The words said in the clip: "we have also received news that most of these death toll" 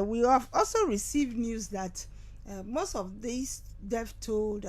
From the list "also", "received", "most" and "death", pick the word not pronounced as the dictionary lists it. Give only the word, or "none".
death